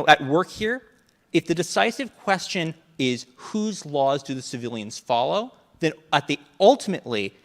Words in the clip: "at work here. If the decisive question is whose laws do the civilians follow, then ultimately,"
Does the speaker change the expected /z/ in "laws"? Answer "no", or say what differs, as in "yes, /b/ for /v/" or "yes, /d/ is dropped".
no